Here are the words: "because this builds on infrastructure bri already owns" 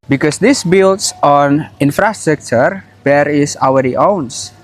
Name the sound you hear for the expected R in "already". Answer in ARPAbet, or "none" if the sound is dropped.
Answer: L